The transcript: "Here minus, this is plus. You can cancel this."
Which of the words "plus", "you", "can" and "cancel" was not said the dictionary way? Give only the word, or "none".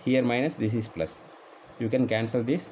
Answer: none